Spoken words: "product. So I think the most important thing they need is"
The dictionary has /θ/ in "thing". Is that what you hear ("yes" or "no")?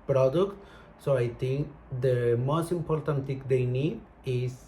no